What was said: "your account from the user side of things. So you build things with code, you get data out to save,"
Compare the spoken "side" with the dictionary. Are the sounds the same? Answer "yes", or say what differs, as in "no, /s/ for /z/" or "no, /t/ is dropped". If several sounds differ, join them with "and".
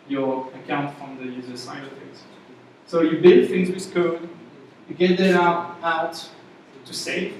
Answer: no, /d/ is dropped